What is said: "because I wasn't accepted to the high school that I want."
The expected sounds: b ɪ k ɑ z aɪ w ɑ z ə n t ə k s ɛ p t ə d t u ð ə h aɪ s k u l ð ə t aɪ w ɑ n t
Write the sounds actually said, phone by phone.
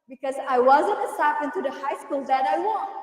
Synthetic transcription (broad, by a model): b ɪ k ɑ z aɪ w ɑ z ə n t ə s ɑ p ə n t u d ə h aɪ s k u l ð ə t aɪ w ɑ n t